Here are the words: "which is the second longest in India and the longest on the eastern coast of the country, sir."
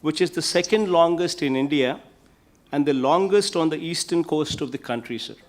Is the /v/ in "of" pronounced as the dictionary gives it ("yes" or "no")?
yes